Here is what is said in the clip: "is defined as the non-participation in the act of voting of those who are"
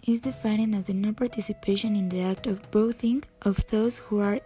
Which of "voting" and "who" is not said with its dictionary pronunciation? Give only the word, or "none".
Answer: voting